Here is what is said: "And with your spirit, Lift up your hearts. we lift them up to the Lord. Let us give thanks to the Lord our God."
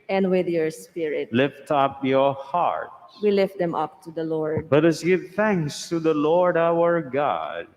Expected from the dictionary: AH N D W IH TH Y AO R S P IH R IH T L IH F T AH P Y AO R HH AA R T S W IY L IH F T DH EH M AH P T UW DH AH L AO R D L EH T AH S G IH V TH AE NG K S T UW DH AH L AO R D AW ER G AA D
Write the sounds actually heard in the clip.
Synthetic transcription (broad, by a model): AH N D W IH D Y AO R S P IH R IH T L IH F T AH P Y AO R HH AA R T W IY L IH F T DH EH M AH P T UW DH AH L AO R D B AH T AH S G IH V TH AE NG K S T UW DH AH L AO R D AW ER G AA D